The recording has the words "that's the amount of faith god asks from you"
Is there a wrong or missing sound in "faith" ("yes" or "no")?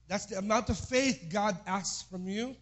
no